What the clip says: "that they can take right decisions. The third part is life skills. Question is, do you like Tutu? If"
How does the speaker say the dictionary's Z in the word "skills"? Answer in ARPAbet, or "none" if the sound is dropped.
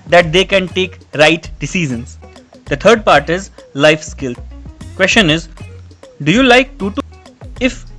none